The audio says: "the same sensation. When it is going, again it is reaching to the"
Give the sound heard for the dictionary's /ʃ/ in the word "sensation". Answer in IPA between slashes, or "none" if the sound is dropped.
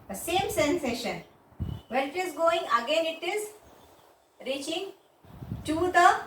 /ʃ/